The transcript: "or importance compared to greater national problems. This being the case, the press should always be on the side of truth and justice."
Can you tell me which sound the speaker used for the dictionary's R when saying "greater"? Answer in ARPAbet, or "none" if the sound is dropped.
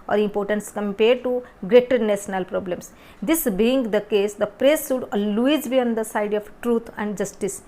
R